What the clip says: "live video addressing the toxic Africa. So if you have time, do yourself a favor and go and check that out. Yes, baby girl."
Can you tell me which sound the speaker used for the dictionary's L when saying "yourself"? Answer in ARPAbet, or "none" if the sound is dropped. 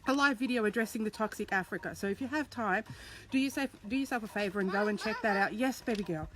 none